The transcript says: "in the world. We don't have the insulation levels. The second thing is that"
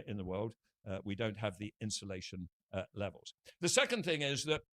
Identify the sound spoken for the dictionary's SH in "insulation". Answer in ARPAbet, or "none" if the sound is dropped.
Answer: SH